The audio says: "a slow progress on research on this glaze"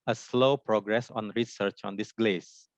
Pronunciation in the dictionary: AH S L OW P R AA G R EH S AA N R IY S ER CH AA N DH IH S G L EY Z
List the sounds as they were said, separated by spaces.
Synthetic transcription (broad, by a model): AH S L OW P R AA G R EH S AA N R IY S ER CH AA N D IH S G L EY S